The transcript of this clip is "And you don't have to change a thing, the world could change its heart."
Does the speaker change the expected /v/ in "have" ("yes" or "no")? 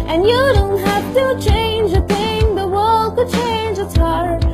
yes